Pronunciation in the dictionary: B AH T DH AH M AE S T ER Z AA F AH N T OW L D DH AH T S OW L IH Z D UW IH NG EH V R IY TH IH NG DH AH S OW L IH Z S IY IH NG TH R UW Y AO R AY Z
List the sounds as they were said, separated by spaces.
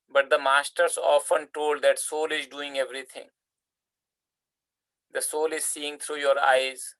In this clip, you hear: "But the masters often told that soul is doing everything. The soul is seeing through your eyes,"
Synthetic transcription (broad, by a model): B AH T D AH M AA S T ER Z AA F AH N T OW L D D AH T S OW L IH Z D UW IH NG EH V R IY T IH NG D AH S OW L IH Z S IY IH NG T R UW Y AO R AY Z